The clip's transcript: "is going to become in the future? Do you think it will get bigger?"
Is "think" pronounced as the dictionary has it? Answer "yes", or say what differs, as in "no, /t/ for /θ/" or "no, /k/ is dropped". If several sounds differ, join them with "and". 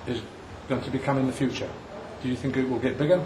yes